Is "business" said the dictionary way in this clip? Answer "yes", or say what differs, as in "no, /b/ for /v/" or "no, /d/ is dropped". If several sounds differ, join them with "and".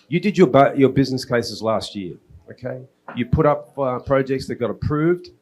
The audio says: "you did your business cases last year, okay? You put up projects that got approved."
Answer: yes